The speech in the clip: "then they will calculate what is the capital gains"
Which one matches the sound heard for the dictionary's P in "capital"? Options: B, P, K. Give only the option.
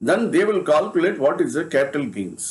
P